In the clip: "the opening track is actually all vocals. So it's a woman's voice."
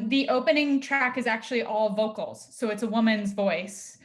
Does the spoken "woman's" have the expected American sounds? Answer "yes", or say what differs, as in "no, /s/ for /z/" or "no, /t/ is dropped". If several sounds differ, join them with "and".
yes